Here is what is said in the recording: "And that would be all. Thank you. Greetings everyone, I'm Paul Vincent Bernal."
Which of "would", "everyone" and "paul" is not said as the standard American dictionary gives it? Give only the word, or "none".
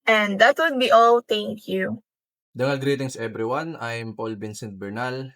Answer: everyone